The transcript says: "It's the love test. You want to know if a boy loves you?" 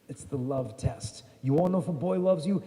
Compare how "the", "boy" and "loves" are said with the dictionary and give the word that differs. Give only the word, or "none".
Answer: none